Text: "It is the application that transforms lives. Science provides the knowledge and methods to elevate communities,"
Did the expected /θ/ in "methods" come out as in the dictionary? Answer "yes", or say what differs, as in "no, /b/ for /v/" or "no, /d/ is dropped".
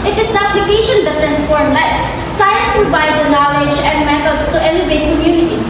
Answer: no, /t/ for /θ/